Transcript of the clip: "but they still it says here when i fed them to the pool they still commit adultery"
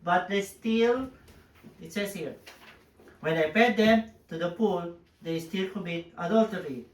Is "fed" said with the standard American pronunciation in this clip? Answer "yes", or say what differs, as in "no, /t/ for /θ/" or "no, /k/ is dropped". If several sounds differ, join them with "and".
no, /p/ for /f/